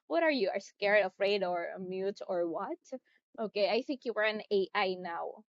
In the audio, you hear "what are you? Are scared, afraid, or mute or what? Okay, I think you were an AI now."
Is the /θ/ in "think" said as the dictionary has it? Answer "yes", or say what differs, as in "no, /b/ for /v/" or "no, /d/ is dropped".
yes